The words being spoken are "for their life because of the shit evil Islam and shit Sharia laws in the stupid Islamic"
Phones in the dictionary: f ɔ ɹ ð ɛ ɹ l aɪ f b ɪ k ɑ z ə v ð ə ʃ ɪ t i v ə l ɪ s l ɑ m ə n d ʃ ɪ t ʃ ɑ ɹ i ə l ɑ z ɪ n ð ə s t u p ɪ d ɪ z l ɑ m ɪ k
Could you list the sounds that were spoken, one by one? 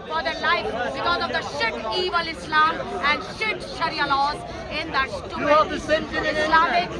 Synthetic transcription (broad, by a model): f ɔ ɹ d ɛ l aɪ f b ɪ k ɑ z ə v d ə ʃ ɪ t i v ə l ɪ s l ɑ m ə n d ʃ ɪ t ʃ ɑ ɹ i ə l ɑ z ɪ n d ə s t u ɪ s l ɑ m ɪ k